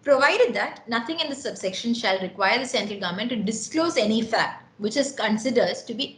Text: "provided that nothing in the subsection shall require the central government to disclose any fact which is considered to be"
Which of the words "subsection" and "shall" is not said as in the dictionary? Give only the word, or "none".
none